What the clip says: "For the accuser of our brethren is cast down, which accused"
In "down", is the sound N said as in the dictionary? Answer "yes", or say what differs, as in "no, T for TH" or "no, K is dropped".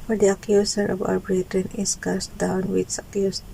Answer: yes